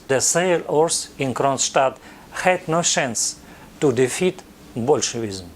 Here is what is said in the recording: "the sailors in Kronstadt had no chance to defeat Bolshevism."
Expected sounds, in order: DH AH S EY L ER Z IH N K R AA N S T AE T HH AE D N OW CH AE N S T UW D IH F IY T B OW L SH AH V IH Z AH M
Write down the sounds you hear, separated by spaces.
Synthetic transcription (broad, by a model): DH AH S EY L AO S IH N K R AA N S T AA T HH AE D N OW SH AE N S T UW D IH F IY T B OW L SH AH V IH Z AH M